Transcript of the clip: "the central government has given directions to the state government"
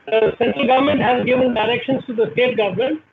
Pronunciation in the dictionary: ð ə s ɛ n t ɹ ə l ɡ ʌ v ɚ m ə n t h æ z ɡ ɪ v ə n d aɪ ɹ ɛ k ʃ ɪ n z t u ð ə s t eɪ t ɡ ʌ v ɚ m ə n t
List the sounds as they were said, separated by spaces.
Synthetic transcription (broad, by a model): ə s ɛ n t ə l ɡ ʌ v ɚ m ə n t h æ z ɡ ɪ v ə n d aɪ ɹ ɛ k ʃ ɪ n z t u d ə s t eɪ t ɡ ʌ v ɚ m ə n t